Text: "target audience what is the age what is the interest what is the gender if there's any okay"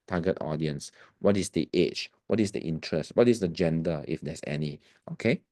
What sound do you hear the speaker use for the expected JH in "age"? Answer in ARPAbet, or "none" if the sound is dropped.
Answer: CH